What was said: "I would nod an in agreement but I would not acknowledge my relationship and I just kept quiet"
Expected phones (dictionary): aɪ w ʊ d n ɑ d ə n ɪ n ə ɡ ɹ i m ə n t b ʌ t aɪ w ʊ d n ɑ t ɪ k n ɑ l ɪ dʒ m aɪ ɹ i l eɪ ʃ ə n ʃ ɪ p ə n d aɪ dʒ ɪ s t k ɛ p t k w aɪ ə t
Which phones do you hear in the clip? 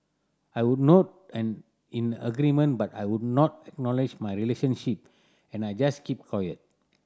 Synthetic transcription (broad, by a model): aɪ w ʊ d n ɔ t ə n ɪ n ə ɡ ɹ i m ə n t b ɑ t aɪ w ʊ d n ɑ t ɪ k n ɑ l ɪ dʒ m aɪ ɹ i l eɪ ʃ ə n ʃ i p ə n aɪ dʒ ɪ s k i p k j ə t